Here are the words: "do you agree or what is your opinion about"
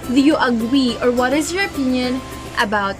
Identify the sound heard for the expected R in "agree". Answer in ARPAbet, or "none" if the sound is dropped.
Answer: W